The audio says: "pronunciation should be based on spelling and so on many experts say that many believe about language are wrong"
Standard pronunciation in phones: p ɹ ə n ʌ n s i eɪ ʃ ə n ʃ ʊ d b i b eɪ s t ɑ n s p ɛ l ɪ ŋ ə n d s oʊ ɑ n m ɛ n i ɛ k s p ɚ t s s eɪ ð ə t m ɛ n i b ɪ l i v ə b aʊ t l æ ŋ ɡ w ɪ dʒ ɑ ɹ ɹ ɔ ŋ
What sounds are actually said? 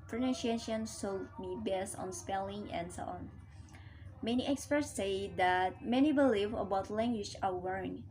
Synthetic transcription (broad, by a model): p ɹ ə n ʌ n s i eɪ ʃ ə n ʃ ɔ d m i b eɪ s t ɑ n s p ɛ l ɪ ŋ ə n d s oʊ ɑ n m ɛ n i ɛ k s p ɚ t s s eɪ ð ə t m ɛ n i b ɪ l i v ə b aʊ t l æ ŋ ɡ w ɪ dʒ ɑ l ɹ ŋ